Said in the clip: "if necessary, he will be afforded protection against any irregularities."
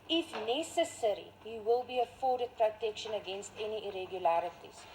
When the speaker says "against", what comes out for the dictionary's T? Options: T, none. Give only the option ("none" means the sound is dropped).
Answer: T